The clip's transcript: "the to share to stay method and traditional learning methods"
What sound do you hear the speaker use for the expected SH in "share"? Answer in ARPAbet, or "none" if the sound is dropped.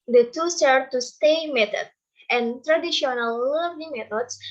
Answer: S